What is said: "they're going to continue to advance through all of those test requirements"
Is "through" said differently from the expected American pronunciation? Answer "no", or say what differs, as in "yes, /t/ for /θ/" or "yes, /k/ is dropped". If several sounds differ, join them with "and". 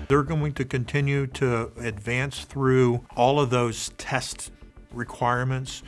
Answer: no